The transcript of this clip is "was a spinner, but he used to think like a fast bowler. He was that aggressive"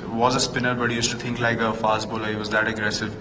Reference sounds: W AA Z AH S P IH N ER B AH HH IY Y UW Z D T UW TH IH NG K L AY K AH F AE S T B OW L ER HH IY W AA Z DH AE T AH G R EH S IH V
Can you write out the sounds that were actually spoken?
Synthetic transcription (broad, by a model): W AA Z AH S P IH N ER B AH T Y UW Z T UW T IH NG K L AY K AH F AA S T B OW L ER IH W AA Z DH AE T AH G R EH S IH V